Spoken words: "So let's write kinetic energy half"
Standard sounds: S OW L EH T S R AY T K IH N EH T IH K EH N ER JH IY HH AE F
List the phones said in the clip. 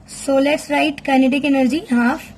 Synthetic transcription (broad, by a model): S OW L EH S R AY T K IH N EH T IH K EH N ER JH IY HH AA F